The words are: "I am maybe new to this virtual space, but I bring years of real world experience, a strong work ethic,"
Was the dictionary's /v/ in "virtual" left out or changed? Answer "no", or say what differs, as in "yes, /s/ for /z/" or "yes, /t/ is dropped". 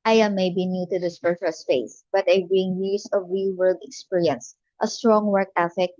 yes, /p/ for /v/